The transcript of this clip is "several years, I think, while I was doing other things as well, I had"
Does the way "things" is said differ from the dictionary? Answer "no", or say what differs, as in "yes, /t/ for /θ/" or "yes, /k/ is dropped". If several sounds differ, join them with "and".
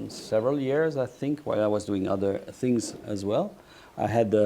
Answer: no